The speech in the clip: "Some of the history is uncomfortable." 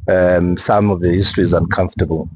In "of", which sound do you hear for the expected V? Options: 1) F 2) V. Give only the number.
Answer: 2